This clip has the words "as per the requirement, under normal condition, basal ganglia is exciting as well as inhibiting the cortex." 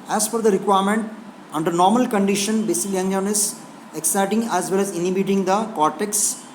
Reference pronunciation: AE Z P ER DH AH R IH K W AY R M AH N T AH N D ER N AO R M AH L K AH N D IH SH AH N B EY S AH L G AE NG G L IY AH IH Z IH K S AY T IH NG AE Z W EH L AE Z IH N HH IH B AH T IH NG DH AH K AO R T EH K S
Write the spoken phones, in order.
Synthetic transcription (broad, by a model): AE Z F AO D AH R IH K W AY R M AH N T AH N D ER N AO R M AH L K AH N D IH SH AH N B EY S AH L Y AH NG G N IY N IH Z IH K S AY T IH NG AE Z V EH L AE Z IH N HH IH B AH T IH NG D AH K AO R T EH K S